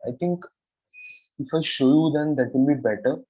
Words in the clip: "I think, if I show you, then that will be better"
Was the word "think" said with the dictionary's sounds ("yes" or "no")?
no